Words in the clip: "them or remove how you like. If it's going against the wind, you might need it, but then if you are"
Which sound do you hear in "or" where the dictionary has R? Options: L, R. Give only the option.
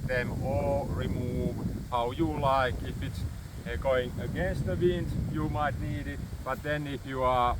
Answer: L